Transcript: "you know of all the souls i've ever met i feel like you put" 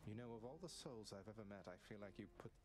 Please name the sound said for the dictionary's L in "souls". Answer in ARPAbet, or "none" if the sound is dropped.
L